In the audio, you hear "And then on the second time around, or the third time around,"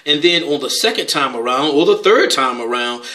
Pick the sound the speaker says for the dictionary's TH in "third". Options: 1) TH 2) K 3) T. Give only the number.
1